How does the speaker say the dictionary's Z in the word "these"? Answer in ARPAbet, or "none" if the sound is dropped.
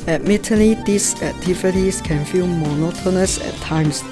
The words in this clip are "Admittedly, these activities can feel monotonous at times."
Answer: S